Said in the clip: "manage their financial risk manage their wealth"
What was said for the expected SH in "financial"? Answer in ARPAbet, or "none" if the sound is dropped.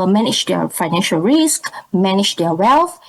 SH